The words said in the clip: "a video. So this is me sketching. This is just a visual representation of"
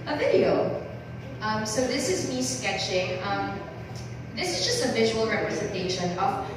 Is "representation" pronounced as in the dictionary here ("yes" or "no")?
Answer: yes